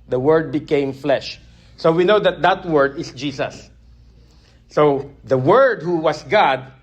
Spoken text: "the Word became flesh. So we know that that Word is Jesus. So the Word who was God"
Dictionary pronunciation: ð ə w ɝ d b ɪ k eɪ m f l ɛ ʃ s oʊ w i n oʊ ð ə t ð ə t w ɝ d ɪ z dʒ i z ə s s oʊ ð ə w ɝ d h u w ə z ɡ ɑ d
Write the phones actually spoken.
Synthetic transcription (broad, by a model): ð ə w ɝ d b ɪ k eɪ m f l ɛ ʃ s oʊ w i n oʊ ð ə t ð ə t w ɝ d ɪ s dʒ i s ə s s oʊ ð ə w ɝ d h u w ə s ɡ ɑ d